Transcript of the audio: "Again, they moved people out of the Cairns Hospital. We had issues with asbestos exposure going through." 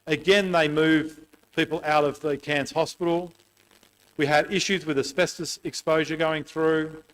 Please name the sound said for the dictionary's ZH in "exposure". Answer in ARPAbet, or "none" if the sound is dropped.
ZH